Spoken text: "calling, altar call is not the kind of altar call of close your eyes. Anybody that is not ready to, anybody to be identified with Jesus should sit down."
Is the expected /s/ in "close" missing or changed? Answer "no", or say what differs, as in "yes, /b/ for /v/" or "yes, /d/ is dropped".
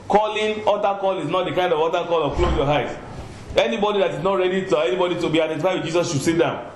yes, /s/ is dropped